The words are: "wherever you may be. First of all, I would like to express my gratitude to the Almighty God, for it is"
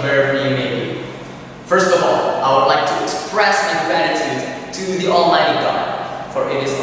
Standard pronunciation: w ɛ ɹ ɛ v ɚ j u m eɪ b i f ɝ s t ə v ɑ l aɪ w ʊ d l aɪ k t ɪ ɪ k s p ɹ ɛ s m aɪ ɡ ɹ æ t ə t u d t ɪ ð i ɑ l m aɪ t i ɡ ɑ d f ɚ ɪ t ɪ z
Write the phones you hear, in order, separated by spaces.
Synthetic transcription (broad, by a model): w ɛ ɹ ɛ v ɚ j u m eɪ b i f ɝ s t ə v ɑ l aɪ w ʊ d l aɪ k t ɪ ɪ k s p ɹ ɛ s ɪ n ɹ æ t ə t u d t ɪ ð i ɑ l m aɪ t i ɡ ɑ d f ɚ ɪ t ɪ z